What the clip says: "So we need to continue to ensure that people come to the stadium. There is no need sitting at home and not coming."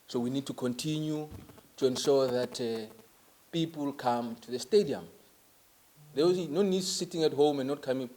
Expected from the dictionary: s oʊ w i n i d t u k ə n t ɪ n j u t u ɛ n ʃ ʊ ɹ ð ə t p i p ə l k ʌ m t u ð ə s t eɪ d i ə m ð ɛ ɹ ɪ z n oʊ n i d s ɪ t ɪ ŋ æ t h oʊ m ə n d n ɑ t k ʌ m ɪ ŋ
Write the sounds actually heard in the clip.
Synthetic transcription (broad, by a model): s oʊ w i n i d t u k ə n t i n j u t u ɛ n ʃ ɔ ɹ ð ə t p i p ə l k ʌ m t u ð ə s t eɪ d i ə m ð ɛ w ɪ n oʊ n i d s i t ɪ ŋ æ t h oʊ m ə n n ɑ t k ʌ m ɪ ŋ